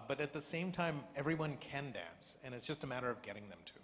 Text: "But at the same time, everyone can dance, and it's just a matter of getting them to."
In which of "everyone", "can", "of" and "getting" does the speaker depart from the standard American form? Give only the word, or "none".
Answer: none